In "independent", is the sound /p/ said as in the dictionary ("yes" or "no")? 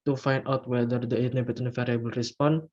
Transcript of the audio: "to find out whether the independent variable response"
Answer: no